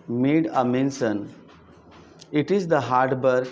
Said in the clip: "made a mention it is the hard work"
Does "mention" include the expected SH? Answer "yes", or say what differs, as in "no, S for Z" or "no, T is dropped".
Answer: no, S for SH